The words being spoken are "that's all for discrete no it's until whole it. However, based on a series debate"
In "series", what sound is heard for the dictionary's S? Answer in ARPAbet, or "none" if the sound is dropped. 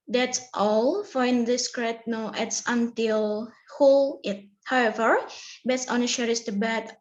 SH